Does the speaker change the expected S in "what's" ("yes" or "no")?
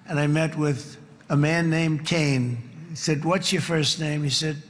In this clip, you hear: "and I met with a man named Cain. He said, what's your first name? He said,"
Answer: no